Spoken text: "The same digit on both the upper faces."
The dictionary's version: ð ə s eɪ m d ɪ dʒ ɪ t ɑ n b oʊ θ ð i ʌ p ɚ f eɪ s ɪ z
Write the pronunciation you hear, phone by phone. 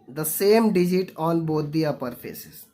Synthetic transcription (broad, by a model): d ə s eɪ m d ɪ dʒ ɪ t ɑ n b oʊ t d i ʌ p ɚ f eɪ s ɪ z